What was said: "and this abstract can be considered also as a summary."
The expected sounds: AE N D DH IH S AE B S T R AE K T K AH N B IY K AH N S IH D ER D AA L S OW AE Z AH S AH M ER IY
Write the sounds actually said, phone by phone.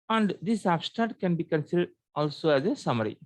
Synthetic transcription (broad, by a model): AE N D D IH S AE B S T AE T K AH N B IY K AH N S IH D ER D AA L S OW AE Z AH S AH M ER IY